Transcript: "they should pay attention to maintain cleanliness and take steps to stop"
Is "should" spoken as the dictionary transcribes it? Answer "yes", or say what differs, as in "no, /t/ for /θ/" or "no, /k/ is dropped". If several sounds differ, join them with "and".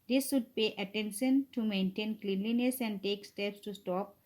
no, /s/ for /ʃ/